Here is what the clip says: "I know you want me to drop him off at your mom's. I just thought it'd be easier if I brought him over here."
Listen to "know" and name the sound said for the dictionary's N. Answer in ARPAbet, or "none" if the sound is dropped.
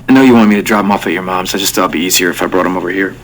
N